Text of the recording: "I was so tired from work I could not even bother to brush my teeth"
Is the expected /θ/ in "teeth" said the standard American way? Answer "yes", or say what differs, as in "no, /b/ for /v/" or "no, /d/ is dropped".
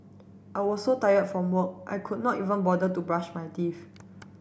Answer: no, /f/ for /θ/